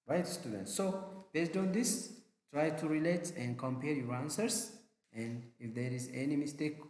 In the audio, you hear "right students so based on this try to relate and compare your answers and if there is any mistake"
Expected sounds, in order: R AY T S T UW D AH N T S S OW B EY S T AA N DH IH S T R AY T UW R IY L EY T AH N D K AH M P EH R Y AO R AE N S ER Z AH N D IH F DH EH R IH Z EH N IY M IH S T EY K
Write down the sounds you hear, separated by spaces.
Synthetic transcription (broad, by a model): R AY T S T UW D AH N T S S OW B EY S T AA N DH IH S T R AY T UW R IY L EY T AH N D K AH M P EH R Y AO R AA N S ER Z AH N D IH F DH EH R IH Z EH N IY M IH S T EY K